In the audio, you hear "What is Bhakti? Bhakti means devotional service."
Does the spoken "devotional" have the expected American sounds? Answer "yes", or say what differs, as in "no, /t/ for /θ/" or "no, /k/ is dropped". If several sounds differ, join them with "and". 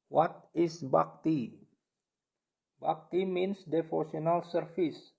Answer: no, /s/ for /ʃ/